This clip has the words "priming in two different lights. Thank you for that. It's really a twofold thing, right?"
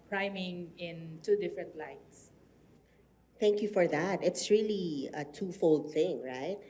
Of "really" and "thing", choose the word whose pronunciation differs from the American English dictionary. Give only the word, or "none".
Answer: none